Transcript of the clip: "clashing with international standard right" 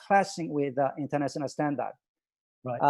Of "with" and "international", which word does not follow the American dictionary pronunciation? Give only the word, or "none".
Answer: international